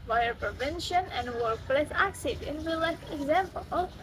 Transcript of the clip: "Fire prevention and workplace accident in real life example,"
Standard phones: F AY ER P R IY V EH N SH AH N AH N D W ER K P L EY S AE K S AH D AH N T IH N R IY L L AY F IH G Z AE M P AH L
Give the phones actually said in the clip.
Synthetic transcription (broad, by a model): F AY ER P R IY V EH N SH AH N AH N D W ER K P L EY S AE K S AH D AH N T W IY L L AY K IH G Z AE M P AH L